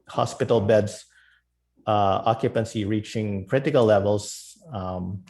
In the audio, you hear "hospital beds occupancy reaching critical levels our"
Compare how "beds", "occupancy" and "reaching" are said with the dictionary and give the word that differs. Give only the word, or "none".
beds